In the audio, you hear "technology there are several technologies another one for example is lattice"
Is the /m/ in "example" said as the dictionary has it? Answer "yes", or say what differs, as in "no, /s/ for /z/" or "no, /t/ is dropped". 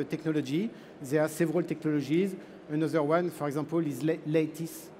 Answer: no, /m/ is dropped